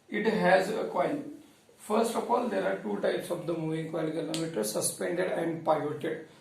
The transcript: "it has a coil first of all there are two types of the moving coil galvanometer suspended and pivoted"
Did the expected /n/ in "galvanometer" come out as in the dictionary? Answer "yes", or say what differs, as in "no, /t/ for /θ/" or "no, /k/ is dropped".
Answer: no, /l/ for /n/